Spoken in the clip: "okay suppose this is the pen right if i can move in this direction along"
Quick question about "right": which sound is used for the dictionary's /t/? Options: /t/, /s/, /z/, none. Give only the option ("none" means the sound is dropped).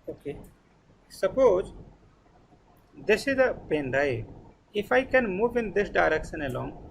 none